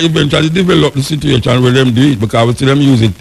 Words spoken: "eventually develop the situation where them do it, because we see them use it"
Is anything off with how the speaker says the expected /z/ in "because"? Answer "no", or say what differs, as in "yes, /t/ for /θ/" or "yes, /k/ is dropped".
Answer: yes, /z/ is dropped